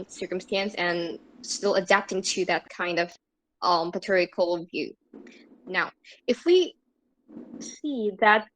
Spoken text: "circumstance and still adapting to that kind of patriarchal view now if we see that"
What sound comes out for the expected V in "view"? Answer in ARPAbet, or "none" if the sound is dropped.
V